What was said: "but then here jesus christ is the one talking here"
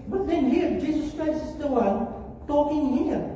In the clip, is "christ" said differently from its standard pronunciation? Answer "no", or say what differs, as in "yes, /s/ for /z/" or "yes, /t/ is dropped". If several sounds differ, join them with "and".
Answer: yes, /t/ is dropped